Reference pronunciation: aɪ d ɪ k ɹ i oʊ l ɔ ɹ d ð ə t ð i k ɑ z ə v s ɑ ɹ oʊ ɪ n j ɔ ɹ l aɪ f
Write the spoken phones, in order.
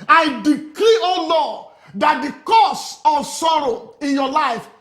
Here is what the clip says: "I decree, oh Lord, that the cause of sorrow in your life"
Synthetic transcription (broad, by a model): aɪ d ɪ k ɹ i oʊ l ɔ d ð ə t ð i k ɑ s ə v s ɑ ɹ oʊ ɪ n j ɔ l aɪ f